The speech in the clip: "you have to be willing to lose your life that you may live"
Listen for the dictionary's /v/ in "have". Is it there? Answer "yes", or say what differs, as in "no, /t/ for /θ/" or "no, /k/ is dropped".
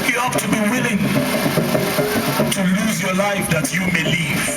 no, /p/ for /v/